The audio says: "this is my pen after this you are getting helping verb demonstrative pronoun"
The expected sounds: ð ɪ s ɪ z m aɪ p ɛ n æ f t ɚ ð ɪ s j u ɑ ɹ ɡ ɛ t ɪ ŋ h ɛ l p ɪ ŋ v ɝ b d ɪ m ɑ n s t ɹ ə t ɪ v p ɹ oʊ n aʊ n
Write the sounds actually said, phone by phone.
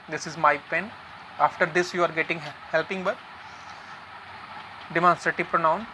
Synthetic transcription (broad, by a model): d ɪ s ɪ z m aɪ p ɛ n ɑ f t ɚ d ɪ s j u ɑ ɹ ɡ ɛ t ɪ ŋ h ɛ l p ɪ ŋ b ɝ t d ɪ m ɑ n s t ɹ ə t ɪ v p ɹ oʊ n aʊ n